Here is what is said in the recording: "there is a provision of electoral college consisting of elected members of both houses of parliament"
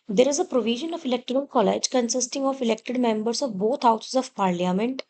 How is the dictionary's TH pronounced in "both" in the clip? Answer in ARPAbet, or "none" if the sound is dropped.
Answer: T